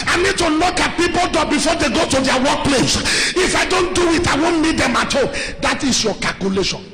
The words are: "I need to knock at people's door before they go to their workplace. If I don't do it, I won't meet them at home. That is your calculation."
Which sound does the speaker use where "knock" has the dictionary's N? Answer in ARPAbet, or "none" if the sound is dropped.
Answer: L